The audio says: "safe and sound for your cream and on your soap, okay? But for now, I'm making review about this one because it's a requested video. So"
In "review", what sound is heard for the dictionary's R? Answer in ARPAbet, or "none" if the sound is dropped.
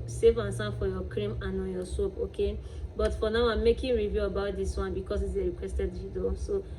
R